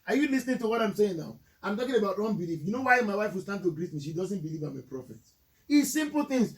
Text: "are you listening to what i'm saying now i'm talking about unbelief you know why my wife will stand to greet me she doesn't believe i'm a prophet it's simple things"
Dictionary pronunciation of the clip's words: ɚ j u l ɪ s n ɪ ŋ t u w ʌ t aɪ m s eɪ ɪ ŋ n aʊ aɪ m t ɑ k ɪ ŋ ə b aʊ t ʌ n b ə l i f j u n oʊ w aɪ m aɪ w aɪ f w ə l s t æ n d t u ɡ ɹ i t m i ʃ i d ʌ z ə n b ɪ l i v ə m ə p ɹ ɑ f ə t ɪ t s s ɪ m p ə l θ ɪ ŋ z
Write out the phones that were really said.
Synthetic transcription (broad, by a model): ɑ j u l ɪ s n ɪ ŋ t u w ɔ t aɪ m s eɪ ɪ ŋ n aʊ aɪ m t ɑ k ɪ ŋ ə b aʊ t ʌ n b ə l i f j u n oʊ w aɪ m aɪ w aɪ f w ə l s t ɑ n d t u ɡ ɹ i t m i ʃ i d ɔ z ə n b ɪ l i v ə m ə p ɹ ɑ f ə t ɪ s s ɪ m p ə l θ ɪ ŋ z